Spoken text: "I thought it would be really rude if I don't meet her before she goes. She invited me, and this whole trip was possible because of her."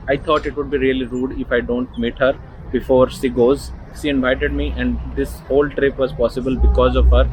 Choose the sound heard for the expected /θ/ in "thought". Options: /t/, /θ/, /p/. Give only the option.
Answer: /t/